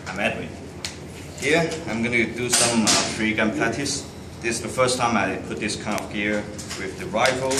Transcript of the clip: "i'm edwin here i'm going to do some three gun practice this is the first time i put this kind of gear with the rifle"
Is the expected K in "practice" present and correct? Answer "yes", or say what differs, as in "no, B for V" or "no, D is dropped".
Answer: no, K is dropped